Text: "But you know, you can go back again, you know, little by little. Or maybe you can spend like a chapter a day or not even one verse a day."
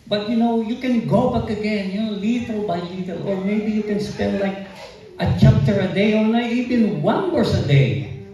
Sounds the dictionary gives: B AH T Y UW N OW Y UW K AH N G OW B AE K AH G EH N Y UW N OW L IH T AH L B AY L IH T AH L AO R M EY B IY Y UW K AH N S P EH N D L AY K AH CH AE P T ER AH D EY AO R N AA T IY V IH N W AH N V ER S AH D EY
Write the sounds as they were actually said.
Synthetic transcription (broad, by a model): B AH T Y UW N OW Y UW K AH N G OW B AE K AH G EH N Y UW N OW L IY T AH L B AY L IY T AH L AO R M EY B IY Y UW K AH N S P EH N D L AY K AH CH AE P T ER AH D EY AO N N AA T IY V IH N W AH N W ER S AH D EY